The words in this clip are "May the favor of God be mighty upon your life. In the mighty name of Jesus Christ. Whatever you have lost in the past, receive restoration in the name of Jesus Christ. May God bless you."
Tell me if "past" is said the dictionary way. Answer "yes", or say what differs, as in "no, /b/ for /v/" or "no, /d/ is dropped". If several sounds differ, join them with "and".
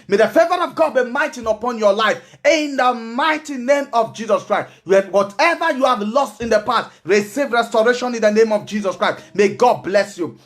no, /s/ is dropped